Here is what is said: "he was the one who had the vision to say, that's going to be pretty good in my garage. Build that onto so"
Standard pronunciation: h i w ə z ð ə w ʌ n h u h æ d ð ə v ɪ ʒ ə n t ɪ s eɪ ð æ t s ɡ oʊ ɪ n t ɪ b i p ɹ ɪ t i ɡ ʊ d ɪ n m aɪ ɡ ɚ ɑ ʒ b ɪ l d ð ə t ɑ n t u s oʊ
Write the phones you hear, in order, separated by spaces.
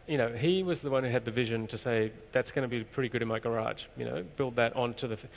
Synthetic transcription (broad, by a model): h i w ə z ð ə w ʌ n h u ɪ d ð ə v ɪ ʒ ə n t ɪ s eɪ ð æ t s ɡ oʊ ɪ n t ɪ b i p ɹ ɪ t i ɡ ʊ d ɪ n m aɪ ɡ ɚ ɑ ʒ b ɪ l d ð ə t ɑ n t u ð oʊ